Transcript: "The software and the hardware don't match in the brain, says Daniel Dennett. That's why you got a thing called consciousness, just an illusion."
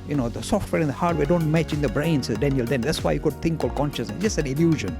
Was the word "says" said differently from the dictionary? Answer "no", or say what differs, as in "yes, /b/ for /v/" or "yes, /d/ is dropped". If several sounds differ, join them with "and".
yes, /z/ is dropped